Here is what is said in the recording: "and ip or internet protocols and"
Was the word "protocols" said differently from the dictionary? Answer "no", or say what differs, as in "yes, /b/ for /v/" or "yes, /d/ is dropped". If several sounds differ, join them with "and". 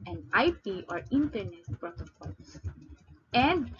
yes, /s/ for /z/